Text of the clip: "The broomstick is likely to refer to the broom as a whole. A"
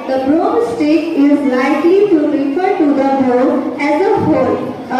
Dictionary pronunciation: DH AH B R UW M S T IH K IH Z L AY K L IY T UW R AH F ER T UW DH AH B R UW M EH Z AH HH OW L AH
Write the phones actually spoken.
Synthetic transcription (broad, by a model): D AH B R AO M S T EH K IH Z L AY K L IY T UW R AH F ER T UW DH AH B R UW EH Z AH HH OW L